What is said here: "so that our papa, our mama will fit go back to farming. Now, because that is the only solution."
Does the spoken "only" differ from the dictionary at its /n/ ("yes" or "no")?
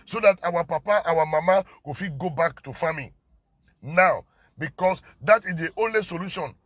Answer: no